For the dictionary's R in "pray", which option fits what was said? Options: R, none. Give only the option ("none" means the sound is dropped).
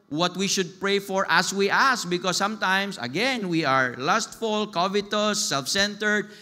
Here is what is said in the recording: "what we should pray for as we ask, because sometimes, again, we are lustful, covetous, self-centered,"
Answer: R